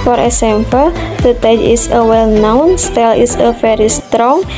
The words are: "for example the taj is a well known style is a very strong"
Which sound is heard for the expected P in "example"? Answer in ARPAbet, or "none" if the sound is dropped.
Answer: F